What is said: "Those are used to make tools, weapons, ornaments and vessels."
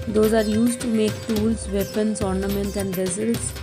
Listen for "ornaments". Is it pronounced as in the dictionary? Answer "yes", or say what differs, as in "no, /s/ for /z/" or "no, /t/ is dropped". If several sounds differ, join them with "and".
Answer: no, /s/ is dropped